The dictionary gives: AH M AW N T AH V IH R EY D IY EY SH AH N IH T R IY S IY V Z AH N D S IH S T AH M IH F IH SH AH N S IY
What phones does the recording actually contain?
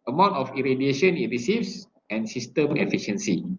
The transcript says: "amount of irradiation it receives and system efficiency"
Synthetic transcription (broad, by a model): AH M AW N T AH F IH R EY D IY EY SH AH N IH T R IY S IY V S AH N S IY S T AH M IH F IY SH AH N S IY